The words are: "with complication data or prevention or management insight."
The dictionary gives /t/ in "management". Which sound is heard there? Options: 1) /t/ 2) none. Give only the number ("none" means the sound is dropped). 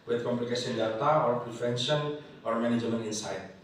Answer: 2